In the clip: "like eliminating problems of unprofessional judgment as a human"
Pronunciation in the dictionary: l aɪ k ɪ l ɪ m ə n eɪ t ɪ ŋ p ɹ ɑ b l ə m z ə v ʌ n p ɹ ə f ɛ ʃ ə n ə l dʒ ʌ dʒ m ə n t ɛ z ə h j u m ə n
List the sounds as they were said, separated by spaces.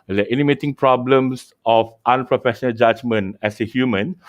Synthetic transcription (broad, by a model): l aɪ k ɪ n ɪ m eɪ t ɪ ŋ p ɹ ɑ b l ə m s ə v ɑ n p ɹ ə f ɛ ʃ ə n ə l dʒ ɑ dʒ m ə n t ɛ s ə h j u m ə n